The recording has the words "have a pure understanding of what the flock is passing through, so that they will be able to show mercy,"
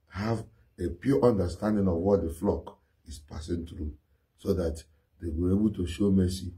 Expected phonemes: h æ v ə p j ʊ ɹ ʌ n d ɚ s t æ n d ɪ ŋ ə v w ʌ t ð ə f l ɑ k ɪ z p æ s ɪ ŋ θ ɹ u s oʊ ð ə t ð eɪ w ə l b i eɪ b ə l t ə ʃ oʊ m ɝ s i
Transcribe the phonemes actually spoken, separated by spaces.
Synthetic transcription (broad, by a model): h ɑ v ə p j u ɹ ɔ n d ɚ s t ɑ n d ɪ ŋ ə v w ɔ t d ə f l ɑ k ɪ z p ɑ s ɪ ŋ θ ɹ u s oʊ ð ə t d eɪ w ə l eɪ b ə l t ə ʃ oʊ m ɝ s i